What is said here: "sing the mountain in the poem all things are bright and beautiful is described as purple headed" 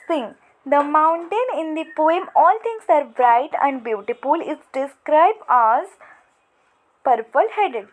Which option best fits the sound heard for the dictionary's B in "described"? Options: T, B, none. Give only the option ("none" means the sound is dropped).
B